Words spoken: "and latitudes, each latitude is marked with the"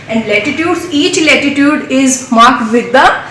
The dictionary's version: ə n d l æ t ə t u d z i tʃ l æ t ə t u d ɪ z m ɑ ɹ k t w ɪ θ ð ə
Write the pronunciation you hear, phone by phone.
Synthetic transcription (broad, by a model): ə n d l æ t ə t u d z i tʃ l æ t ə t u d ɪ z m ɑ ɹ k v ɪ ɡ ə